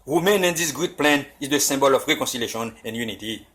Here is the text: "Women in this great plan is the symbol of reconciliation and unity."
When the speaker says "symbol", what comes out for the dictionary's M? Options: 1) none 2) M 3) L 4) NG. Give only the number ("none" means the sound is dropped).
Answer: 1